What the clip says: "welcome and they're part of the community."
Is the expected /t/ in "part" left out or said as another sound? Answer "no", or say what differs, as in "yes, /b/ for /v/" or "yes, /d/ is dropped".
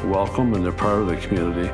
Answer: yes, /t/ is dropped